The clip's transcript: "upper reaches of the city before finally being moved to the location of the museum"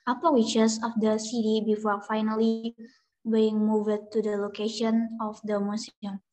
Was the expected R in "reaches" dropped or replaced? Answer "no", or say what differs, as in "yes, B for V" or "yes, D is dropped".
yes, W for R